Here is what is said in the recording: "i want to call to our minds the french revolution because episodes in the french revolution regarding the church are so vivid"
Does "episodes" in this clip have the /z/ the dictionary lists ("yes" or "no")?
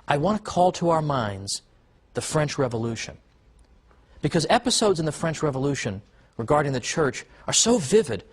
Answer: yes